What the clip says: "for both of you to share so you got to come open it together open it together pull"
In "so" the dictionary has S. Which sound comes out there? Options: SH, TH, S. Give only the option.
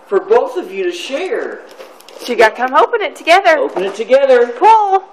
SH